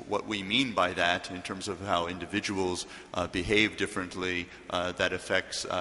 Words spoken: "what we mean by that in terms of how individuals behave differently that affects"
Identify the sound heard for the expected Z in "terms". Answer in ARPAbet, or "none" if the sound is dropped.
Z